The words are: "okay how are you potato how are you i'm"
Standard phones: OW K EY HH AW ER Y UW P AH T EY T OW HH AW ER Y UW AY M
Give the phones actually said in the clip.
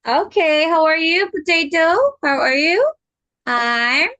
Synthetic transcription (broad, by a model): OW K EY HH AW ER Y UW B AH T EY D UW HH AW ER Y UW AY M